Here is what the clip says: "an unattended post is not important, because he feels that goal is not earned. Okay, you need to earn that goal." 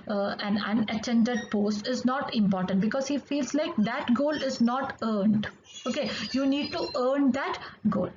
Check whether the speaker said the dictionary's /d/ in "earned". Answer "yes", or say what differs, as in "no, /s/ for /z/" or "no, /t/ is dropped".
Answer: yes